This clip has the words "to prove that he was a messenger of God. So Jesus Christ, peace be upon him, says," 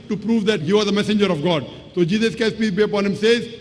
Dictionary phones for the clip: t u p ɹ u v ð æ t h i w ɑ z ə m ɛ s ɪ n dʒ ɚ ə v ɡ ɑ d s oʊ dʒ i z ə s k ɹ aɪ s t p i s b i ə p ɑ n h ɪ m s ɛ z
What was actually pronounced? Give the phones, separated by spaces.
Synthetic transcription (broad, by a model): t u p ɹ u v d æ t h i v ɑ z ə m ɛ s ɪ n dʒ ɚ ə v ɡ ɑ d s oʊ dʒ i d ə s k aɪ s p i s b i ə p ɑ n h ɪ m s ɛ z